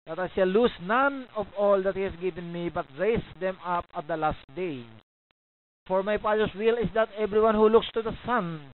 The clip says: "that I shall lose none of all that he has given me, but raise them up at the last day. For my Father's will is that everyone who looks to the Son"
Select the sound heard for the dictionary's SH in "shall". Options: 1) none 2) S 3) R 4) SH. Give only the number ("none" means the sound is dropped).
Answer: 2